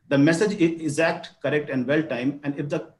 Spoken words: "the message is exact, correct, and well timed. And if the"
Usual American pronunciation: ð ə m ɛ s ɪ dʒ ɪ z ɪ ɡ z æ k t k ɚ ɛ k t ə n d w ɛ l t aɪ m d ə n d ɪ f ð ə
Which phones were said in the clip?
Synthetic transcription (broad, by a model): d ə m ɛ s ɪ dʒ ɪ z ɪ ɡ z æ k t k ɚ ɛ k t ə n d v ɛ l t aɪ m ə n d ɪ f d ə